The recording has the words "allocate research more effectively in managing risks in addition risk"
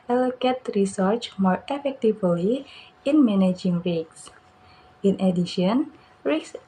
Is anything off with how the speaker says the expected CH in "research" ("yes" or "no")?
no